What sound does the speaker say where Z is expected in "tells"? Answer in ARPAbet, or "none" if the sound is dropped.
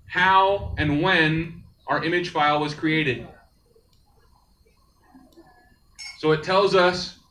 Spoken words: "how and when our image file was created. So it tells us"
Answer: Z